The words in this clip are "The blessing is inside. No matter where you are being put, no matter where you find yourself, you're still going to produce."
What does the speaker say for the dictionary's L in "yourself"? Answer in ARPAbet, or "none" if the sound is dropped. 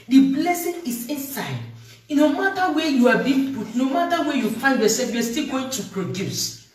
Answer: none